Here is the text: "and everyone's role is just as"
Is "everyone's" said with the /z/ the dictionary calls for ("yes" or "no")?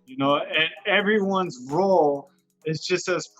yes